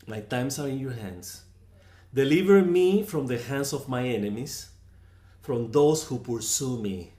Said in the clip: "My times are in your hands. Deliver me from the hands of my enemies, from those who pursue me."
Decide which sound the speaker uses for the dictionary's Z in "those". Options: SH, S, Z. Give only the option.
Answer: S